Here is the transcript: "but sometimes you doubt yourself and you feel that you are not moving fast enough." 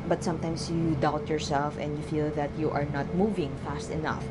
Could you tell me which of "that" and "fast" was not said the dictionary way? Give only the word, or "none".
none